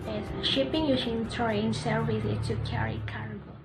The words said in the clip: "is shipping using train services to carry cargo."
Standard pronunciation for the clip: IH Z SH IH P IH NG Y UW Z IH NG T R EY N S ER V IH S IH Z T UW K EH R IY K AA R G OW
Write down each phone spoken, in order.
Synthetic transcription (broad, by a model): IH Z SH IH P IH NG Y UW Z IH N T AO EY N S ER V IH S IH T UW K EH R IY K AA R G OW